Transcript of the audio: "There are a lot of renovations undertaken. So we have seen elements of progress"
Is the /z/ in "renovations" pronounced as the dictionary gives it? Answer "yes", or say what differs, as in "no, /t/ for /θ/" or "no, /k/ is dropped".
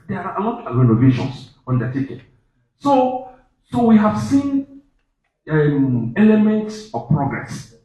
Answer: no, /s/ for /z/